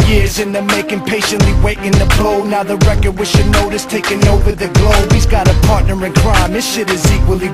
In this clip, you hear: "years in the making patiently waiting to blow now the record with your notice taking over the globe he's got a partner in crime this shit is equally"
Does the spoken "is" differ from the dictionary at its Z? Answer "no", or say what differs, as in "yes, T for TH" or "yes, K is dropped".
no